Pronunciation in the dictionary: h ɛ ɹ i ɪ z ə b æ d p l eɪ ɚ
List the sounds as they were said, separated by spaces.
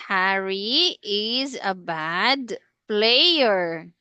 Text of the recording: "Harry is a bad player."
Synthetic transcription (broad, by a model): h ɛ ɹ i ɪ z ə b æ d p l eɪ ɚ